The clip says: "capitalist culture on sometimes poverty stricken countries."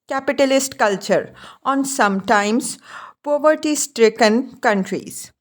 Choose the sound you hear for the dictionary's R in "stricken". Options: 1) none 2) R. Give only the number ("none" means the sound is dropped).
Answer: 2